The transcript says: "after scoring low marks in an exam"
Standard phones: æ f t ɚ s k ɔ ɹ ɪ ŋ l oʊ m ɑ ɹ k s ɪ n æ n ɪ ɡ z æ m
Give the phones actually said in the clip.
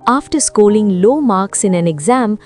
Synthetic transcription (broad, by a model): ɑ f t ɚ s k ɔ l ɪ ŋ l oʊ m ɑ ɹ k s ɪ n æ n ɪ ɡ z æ m